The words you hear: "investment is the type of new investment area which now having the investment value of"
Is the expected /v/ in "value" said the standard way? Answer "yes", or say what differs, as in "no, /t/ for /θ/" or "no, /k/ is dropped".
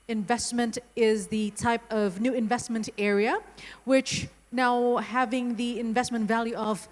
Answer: yes